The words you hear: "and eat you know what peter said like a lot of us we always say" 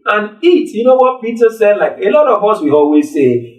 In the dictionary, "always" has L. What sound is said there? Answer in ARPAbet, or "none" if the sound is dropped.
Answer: L